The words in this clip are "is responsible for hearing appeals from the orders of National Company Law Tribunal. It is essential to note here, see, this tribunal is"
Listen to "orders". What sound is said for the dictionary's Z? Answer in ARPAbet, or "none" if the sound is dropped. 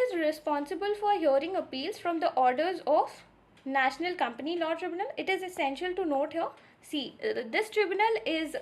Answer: Z